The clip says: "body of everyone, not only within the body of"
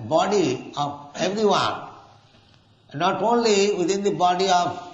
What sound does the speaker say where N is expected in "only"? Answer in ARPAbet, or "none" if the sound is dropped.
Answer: N